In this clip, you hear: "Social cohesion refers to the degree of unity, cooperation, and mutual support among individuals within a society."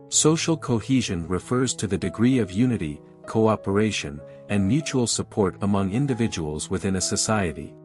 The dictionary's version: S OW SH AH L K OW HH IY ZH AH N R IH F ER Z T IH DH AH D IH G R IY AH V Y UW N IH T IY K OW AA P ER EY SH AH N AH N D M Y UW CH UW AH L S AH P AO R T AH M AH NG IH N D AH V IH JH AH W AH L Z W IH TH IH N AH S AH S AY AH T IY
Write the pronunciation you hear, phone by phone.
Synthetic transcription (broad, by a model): S OW SH L K OW HH IY ZH AH N R IH F ER Z T IH DH AH D IH G R IY AH V Y UW N IH T IY K OW AA P ER EY SH AH N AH N M Y UW CH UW L S AH P AO R T AH M AH NG IH N D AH V IH JH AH W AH L Z W IH TH IH N AH S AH S AY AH T IY